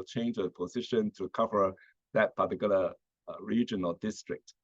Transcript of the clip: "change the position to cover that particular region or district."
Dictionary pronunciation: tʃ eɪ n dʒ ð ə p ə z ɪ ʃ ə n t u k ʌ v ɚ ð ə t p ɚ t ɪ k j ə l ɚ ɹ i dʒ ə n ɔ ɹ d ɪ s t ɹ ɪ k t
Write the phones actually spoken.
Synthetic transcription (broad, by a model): tʃ eɪ n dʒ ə p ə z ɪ ʃ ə n t u k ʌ v ɚ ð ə t p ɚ t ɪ k j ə l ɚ ɹ i dʒ ə n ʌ l d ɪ s t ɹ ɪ k t